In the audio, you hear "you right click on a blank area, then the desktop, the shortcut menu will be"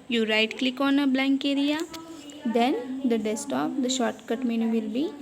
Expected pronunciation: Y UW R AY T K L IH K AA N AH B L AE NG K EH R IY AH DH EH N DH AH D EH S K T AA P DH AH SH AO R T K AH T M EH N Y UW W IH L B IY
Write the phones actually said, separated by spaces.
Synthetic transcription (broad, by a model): Y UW R AY T K L IH K AA N AH B L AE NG K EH R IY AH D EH N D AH D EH S T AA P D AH SH AO R T K AH T M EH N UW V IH L B IY